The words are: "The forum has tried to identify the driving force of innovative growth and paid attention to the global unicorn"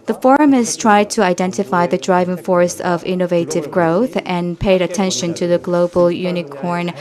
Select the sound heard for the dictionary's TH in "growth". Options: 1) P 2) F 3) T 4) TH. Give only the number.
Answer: 4